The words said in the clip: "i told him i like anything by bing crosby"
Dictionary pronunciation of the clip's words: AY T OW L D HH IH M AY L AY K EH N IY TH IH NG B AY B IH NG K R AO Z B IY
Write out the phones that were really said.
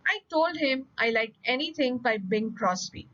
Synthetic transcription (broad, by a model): AY T OW L D HH IH M AY L AY K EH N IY T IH NG B AY B IH NG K R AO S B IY